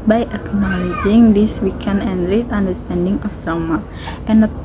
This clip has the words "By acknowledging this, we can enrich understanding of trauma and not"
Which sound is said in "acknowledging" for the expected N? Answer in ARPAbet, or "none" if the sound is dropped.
N